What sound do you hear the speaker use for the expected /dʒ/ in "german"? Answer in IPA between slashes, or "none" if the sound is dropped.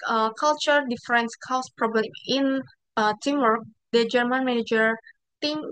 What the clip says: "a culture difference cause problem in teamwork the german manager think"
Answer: /dʒ/